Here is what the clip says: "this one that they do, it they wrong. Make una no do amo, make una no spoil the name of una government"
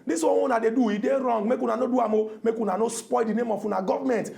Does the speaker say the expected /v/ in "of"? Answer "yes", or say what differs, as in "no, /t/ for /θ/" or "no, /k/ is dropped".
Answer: no, /f/ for /v/